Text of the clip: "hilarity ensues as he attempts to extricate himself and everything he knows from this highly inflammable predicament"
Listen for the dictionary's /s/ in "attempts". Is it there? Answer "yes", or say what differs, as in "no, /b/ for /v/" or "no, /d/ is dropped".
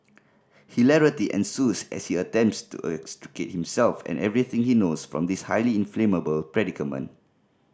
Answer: yes